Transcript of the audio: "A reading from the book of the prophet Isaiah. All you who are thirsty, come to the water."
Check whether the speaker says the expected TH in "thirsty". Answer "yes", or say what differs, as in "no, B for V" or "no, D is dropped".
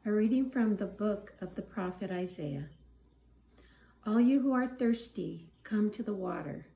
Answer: yes